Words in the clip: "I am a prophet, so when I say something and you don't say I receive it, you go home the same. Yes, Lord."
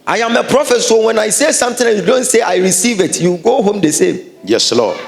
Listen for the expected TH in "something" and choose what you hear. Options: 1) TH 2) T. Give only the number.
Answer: 2